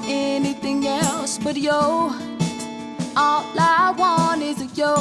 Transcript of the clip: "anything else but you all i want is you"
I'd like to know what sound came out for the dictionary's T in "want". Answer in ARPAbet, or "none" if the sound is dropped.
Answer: none